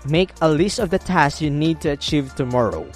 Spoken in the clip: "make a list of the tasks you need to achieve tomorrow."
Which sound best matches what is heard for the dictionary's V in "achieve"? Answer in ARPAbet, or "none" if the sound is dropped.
V